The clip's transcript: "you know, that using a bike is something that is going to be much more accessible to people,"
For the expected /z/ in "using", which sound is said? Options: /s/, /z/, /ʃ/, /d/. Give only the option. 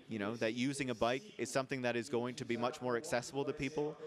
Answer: /z/